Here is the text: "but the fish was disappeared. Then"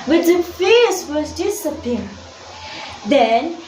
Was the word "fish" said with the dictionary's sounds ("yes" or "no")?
no